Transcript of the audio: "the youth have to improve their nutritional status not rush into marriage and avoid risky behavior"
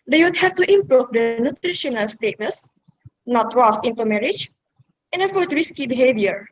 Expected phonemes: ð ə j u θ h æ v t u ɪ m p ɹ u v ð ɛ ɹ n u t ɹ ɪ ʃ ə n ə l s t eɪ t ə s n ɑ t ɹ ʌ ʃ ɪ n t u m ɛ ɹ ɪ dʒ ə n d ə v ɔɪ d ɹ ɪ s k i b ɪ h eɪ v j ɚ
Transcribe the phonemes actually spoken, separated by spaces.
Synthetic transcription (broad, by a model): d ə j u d h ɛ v t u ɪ m p ɹ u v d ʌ n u t ɹ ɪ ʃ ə n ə l s t eɪ t ə s n ɑ t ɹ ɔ s ɪ n t u m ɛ ɹ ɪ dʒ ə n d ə f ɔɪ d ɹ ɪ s k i b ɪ h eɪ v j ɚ